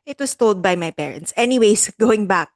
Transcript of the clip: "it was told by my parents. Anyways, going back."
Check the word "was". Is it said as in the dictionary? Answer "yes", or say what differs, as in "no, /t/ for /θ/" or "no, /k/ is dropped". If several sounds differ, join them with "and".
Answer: no, /s/ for /z/